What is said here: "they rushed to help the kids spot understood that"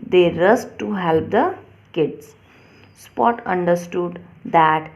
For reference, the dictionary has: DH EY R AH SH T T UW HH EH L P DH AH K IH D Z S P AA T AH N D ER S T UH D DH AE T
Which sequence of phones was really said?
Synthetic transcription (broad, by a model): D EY R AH S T T UW HH EH L P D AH K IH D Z S P AA T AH N D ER S T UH D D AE T